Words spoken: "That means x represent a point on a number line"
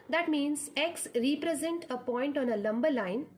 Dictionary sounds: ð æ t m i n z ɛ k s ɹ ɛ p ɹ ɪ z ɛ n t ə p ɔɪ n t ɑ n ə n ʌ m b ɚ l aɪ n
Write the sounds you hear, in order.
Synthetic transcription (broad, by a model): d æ t m i n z ɛ k s ɹ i p ɹ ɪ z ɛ n t ə p ɔɪ n t ɑ n ə l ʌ m b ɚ l aɪ n